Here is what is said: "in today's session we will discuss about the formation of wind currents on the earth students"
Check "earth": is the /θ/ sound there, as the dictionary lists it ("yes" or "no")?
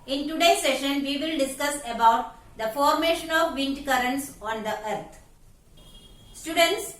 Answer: no